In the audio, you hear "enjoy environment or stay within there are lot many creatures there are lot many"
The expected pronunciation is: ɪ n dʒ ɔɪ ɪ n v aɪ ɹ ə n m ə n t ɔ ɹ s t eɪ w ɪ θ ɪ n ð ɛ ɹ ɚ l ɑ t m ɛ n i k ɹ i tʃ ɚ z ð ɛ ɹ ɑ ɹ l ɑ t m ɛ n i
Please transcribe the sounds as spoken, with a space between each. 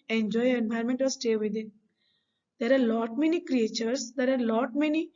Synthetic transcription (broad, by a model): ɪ n dʒ ɔɪ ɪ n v aɪ ə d m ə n t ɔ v s t eɪ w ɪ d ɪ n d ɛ ɹ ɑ l ɑ t m ɛ n i k ɹ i tʃ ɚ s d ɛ ɹ ɑ ɹ l ɑ t m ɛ n i